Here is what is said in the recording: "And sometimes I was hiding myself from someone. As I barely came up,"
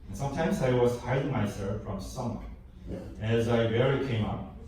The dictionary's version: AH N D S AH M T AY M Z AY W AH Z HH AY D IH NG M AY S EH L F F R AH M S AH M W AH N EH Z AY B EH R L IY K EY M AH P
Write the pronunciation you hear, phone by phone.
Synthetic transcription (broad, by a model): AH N S AH M T AY M Z AY W AH Z HH AY D IH NG M AY S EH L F F R AH M S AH M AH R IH Z AY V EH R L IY K EY M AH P